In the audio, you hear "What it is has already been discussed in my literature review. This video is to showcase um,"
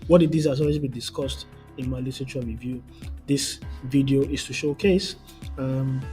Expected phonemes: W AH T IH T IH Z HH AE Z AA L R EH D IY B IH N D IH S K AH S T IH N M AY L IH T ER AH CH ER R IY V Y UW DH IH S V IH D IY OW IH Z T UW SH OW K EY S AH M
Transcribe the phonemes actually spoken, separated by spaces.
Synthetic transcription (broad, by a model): W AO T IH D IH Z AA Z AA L W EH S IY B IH D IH S K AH S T IH N M AY L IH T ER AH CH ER R IY V Y UW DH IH S V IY D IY OW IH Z T UW SH OW K EY S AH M